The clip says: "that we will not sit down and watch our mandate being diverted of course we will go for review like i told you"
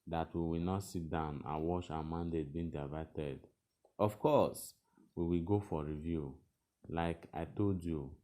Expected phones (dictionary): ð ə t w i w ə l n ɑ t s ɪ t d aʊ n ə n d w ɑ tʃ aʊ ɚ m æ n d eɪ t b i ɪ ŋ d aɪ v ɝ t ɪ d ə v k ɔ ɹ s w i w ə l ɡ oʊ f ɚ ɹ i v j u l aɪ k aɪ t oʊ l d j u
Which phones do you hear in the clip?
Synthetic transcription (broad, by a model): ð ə t w i w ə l n ɑ t s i t d aʊ n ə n w ɑ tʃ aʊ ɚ m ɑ n d eɪ t b i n d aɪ v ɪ t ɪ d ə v k ɔ s w i w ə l ɡ oʊ f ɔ ɹ i v j u l aɪ k aɪ t oʊ l d j u